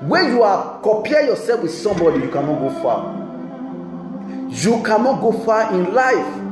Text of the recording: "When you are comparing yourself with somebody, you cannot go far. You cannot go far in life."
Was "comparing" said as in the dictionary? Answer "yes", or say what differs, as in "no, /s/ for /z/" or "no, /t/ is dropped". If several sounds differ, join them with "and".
no, /m/ is dropped and /ɹ/ is dropped